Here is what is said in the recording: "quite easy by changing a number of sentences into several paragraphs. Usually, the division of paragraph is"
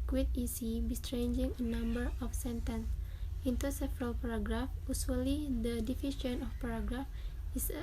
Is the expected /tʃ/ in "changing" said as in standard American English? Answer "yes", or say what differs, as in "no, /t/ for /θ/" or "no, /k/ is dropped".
no, /s/ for /tʃ/